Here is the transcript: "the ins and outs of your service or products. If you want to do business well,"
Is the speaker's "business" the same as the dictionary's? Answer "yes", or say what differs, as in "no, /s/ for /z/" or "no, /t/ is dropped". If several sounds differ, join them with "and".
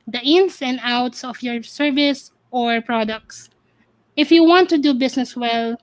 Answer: no, /s/ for /z/